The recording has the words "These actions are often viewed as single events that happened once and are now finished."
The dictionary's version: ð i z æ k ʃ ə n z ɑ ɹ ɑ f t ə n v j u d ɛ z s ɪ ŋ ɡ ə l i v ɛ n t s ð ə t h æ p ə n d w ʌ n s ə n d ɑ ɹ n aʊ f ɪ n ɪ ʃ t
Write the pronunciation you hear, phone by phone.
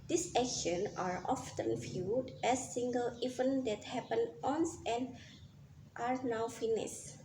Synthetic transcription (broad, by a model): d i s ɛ k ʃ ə n ɑ ɹ ɑ f t ə n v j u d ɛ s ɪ ŋ ɡ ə l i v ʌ n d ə t h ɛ p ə n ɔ n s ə n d ɑ ɹ n aʊ f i n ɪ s